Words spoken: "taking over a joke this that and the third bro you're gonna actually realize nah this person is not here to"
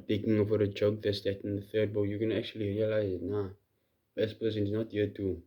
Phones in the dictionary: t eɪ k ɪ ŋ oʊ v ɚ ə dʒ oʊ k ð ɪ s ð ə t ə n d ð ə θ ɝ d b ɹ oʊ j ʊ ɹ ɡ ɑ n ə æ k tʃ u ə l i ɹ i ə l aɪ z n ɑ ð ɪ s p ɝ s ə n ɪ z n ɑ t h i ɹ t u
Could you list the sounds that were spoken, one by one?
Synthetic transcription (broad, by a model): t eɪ k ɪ ŋ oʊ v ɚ ə dʒ oʊ k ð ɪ s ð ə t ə n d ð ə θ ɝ d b oʊ j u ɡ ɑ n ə æ k tʃ u ə l i ɹ i ə l aɪ z n ɑ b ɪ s p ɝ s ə n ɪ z n ɑ t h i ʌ t u